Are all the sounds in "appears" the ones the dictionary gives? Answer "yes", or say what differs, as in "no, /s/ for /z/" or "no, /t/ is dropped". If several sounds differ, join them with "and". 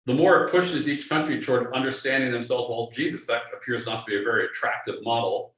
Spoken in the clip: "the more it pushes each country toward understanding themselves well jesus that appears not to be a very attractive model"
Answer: yes